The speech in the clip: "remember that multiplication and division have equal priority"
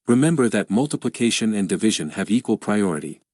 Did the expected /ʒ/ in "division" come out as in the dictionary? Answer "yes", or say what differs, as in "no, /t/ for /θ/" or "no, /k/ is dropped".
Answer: yes